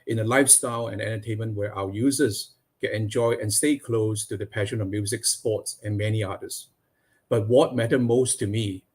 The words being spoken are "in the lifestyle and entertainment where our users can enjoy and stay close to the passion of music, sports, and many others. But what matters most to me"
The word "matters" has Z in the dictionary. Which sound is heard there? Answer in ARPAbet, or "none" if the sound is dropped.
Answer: none